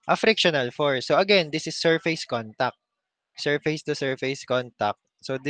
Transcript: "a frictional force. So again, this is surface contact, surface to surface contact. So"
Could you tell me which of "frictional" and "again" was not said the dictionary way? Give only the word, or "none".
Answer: none